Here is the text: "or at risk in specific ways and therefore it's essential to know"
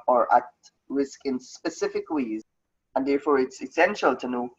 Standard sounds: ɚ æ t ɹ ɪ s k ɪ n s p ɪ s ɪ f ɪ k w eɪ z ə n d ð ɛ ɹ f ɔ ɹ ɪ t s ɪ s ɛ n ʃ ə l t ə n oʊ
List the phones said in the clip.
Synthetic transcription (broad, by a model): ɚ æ t ɹ ɪ s k ɪ n s p ɪ s ɪ f ɪ k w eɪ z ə n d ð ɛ ɹ f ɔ ɹ ɪ t s ɪ s ɛ n ʃ ə l t ə n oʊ